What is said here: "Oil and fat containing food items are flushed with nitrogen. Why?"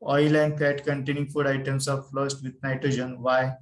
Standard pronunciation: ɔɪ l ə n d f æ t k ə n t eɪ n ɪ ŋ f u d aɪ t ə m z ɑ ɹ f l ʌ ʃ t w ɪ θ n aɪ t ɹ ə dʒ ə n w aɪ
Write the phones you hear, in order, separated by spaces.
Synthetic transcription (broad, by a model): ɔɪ l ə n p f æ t k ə n t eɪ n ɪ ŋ f u d aɪ t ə m s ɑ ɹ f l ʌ s t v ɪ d n aɪ t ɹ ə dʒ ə n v aɪ